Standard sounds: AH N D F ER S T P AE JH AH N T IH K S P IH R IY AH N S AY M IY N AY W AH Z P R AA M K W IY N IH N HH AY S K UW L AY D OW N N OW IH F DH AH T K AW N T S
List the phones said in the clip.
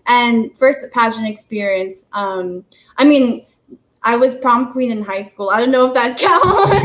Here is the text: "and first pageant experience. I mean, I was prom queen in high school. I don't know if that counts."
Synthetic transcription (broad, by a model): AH N F ER S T P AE SH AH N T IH K S P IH R IY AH N S AY M IY N AY W AH Z P R AA M K W IY N IH N HH AY S K UW L AY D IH N N OW IH F DH AH T K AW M